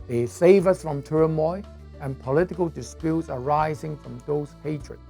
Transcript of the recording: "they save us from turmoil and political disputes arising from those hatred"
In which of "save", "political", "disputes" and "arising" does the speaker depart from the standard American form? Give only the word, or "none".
none